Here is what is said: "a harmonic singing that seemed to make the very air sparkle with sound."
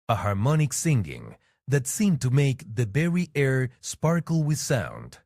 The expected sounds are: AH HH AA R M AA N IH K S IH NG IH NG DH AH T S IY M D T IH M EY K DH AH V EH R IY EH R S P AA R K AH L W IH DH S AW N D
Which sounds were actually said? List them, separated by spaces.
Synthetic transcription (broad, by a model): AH HH AA R M AA N IH K S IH NG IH NG DH AH T S IY M T IH M EY K DH AH B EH R IY EH R S P AA R K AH L W IH DH S AW N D